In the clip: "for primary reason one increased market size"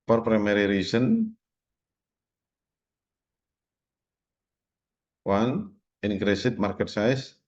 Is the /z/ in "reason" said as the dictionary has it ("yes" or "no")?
no